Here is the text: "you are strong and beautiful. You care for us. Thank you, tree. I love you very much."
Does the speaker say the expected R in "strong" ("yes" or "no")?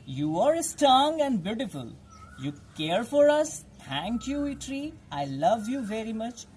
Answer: no